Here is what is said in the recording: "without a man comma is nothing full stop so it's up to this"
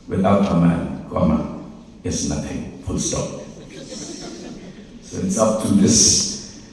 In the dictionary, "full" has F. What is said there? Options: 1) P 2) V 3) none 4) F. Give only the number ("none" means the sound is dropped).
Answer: 1